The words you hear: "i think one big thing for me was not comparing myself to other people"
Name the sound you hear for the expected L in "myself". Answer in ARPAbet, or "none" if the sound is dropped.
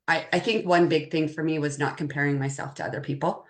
L